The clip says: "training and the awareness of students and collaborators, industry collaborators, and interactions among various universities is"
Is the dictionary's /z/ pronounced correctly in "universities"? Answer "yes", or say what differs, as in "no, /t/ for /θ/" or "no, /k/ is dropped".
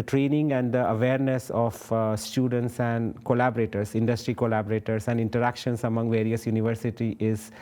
no, /z/ is dropped